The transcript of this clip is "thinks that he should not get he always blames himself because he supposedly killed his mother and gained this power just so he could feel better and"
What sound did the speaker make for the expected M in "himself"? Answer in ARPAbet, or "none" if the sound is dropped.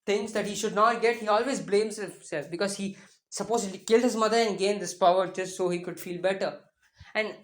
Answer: none